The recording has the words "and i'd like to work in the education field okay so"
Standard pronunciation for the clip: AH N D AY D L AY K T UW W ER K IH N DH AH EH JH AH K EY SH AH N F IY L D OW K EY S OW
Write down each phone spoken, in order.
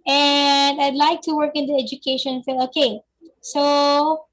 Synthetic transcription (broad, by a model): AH N D AY D L AY K T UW W ER K IH N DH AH EH JH AH K EY SH AH N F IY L OW K EY S OW